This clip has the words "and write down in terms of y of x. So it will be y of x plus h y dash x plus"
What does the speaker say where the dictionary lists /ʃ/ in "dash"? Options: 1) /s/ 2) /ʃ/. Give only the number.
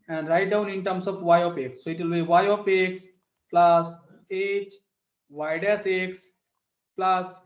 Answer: 1